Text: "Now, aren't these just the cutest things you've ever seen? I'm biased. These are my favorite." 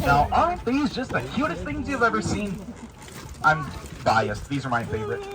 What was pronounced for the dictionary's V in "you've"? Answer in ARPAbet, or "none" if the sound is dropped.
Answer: V